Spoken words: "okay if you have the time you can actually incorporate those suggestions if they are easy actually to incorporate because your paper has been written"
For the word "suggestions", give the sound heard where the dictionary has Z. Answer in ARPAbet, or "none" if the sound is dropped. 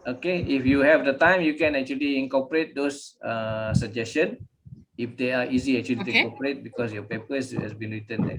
none